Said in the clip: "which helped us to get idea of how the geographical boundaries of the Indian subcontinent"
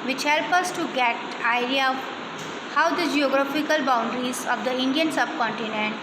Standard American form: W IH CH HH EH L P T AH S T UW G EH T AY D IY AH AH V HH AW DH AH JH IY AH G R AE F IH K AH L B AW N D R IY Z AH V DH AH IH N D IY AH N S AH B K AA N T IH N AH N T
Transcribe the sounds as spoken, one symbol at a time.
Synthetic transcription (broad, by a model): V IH CH HH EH L P AH S T UW G EH T AY D IY AH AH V HH AW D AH JH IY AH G R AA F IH K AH L B AW N D R IY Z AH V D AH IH N D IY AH N S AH B K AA N T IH N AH N T